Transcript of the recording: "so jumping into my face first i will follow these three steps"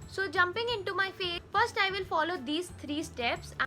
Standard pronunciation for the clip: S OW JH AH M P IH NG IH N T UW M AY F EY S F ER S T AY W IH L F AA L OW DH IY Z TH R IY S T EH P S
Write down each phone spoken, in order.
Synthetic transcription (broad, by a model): S OW JH AH M P IH NG IH N T UW M AY F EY F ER S T AY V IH L F AA L OW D IY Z T R IY S T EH P S